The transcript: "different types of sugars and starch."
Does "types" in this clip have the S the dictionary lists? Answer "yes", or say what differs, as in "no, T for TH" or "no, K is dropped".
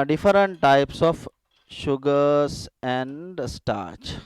yes